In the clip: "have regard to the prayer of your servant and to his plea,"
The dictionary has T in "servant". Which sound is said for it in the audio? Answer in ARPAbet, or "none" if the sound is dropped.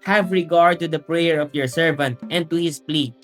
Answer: T